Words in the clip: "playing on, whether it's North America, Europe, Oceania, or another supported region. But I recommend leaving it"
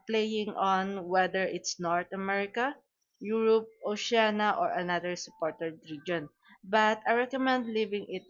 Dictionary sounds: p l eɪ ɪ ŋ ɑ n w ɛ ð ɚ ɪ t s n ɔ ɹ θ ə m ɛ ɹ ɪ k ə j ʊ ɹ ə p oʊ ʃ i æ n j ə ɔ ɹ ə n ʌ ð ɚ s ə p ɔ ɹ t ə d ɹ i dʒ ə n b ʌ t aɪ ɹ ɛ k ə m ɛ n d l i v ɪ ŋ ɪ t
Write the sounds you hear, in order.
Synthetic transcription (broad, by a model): p l eɪ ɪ ŋ ɑ n w ɛ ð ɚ ɪ t s n ɔ ɹ t ə m ɛ ɹ ɪ k ə j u ɹ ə p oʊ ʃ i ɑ n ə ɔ ɹ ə n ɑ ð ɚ s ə p ɔ ɹ t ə d ɹ i dʒ ə n b ʌ t aɪ ɹ ɛ k ə m ɛ n d l i v ɪ ŋ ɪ t